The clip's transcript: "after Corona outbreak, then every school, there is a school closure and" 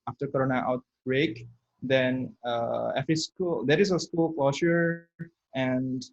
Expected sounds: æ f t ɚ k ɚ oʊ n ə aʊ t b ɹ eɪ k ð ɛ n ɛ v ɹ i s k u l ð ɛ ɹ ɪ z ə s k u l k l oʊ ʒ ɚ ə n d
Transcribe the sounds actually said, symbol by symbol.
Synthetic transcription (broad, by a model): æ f t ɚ k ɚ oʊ n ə aʊ t b ɹ eɪ k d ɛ n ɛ f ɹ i s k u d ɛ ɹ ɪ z ə s k u l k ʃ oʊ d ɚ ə n d